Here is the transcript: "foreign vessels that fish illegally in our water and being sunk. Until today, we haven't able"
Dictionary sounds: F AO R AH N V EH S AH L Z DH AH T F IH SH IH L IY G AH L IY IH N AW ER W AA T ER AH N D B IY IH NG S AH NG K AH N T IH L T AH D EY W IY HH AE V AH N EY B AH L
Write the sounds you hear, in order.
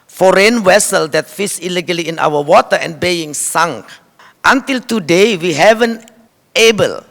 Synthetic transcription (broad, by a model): F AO R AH N W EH S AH L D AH T F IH S IH L IY G AH L IY IH N AW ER W AA T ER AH N B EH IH NG S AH NG K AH N T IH L T AH D EY W IY HH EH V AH N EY B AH L